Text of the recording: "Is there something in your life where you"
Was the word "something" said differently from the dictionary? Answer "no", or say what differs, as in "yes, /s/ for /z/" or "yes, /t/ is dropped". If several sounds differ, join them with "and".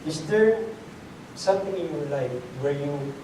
yes, /t/ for /θ/